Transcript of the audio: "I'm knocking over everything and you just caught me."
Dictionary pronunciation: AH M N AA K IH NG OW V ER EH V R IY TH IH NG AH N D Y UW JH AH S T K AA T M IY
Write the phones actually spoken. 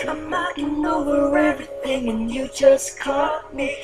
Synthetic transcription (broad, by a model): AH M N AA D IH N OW W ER EH V R IY TH IH NG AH N Y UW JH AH S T K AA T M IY